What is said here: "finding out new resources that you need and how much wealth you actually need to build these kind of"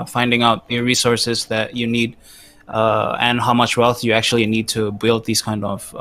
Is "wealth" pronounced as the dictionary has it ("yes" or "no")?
yes